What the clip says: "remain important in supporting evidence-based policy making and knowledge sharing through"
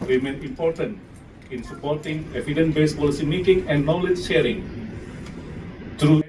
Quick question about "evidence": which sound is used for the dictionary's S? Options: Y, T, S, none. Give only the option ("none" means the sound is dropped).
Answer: none